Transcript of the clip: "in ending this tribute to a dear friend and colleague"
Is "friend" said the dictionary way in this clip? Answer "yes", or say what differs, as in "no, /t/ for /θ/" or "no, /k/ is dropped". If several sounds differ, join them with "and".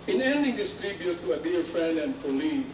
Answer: no, /ɹ/ is dropped